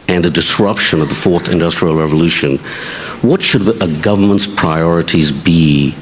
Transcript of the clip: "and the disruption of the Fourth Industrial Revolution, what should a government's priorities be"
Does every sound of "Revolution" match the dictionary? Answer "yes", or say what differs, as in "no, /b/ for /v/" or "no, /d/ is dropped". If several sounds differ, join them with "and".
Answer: yes